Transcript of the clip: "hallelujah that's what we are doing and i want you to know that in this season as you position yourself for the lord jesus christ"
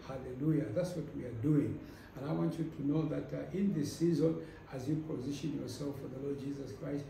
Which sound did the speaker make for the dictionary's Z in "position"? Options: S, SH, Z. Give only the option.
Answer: Z